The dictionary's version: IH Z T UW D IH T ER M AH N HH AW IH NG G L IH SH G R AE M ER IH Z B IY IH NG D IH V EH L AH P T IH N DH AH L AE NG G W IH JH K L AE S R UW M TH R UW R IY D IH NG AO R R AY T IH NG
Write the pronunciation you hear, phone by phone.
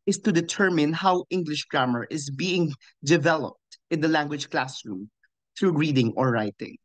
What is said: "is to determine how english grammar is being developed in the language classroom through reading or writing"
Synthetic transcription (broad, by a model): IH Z T UW D IH T ER M AH N HH AW IH NG G L IH SH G R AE M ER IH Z B IY IH NG D IH V EH L AH P T IH N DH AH L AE NG G W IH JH K L AE S R UW M TH R UW R IY D IH NG AO R R AY T IH NG